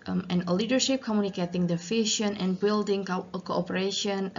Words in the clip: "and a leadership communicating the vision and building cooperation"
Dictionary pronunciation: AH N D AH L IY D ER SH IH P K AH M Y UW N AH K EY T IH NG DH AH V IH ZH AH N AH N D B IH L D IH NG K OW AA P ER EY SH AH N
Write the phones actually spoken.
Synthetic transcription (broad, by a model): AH N AH L IY D ER SH IH P K AH M Y UW N AH K EY T IH NG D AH F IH SH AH N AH N B IH L D IH NG K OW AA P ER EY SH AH N